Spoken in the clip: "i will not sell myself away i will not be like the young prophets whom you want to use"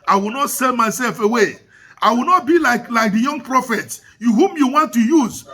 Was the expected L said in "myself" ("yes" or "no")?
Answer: yes